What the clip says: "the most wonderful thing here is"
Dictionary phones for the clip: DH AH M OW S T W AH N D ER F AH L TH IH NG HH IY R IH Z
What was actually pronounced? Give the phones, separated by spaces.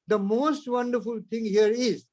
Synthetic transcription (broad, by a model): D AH M OW S T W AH N D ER F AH L T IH NG HH IY R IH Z